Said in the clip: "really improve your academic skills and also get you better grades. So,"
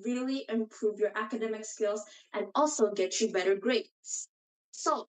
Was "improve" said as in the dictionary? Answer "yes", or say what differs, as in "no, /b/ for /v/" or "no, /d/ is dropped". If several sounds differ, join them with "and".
yes